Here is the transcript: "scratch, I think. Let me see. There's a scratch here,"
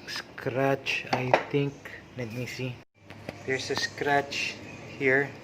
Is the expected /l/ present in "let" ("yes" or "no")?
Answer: no